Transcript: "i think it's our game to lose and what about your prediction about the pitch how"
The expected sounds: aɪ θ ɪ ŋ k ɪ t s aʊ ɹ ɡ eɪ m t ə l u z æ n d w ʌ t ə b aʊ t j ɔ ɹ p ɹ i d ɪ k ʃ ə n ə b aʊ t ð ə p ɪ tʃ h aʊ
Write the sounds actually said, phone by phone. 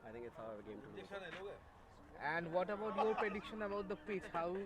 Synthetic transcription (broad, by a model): aɪ t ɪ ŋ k ɪ t s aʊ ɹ ɡ eɪ m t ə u æ n d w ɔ t ə b aʊ t j ɔ ɹ p ɹ i d ɪ k ʃ ə n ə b aʊ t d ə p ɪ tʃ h aʊ